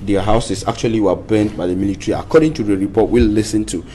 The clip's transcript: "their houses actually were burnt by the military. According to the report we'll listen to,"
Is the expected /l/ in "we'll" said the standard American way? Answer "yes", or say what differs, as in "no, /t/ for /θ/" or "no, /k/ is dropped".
yes